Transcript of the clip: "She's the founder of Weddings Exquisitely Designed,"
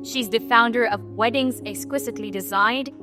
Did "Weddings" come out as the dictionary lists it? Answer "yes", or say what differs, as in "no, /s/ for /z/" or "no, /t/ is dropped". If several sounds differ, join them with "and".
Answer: yes